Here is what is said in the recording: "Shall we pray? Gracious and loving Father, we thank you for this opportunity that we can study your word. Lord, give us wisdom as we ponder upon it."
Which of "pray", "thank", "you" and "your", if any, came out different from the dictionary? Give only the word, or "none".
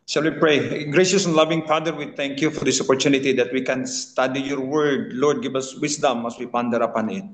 thank